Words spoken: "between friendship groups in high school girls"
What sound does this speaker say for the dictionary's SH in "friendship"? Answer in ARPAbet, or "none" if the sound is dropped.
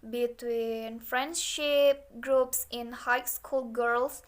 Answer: SH